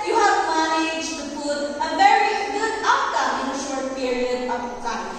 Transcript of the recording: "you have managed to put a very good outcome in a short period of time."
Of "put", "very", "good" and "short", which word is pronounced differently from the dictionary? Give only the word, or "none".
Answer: put